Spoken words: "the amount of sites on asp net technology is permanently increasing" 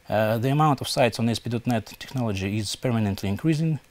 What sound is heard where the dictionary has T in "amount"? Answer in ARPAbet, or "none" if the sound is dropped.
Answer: T